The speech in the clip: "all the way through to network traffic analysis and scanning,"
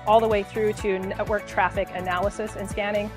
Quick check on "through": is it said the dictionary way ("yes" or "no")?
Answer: yes